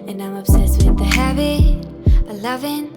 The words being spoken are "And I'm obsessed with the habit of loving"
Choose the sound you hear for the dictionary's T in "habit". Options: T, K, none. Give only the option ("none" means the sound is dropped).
none